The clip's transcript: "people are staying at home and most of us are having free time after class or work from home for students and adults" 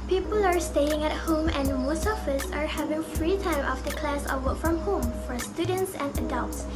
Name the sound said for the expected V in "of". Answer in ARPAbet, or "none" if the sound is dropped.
F